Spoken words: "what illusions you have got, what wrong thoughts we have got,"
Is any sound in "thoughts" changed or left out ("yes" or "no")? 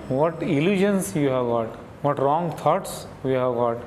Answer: yes